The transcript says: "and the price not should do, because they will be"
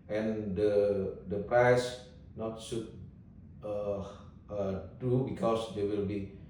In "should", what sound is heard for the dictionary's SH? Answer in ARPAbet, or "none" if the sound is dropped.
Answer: S